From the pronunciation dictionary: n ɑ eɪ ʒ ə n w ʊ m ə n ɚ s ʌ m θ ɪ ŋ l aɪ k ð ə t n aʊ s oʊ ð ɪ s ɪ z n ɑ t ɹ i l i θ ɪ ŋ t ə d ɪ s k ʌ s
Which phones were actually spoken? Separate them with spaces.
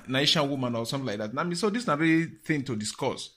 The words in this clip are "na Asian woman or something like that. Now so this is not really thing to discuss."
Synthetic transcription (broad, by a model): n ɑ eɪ ʃ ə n w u m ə n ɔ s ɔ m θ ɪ l aɪ k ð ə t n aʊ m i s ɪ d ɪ s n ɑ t ɹ i l i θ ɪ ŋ t ə d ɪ s k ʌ s